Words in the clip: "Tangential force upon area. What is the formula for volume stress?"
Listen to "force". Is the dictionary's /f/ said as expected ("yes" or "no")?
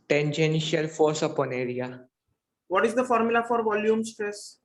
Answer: yes